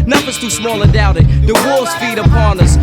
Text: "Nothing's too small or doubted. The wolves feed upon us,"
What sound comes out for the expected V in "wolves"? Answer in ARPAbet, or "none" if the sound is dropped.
none